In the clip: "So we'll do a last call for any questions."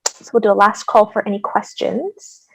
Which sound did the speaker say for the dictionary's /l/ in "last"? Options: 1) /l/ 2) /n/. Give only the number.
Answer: 1